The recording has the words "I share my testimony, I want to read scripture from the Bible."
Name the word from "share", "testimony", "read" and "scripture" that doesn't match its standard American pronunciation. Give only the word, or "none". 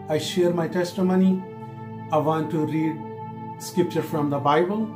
none